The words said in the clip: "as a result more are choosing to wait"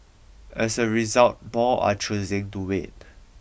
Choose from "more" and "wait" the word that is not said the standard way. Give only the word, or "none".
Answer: more